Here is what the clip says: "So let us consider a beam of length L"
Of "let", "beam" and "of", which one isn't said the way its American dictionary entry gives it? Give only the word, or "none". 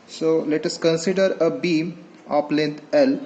of